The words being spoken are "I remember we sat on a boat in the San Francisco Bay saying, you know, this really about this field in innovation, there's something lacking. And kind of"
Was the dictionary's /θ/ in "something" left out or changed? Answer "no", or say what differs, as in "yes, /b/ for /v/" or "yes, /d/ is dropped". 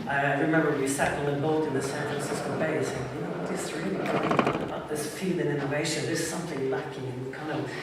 no